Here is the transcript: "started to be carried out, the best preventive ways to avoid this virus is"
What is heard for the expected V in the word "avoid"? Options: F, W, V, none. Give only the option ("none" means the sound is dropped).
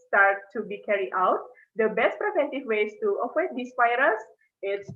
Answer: W